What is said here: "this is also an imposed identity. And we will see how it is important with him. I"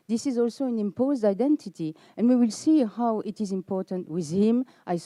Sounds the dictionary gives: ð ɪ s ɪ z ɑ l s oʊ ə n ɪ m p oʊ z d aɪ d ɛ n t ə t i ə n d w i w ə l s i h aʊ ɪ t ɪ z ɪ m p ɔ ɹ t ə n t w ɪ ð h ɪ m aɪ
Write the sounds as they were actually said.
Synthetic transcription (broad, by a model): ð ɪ s ɪ z ɑ l s oʊ ə n ɪ m p oʊ z d aɪ d ɛ n t ə t i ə n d w i w ə l s i h aʊ ɪ t ɪ z ɪ m p ɔ ɹ t ə n t w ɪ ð h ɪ m aɪ